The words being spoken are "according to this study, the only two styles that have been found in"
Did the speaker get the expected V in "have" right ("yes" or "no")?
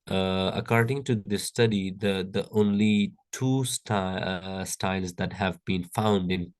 yes